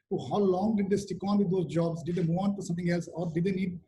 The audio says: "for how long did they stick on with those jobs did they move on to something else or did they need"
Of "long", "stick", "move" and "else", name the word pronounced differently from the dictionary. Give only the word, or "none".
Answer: move